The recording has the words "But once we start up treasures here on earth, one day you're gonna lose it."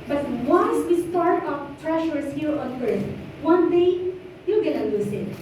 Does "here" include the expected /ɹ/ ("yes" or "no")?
yes